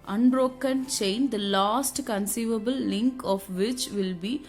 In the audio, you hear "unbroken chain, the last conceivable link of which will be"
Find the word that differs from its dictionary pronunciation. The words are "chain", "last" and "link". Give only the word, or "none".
none